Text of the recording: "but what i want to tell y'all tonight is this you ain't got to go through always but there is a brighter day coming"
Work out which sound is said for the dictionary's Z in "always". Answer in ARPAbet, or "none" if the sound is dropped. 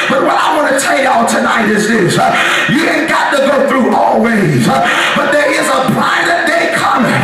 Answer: Z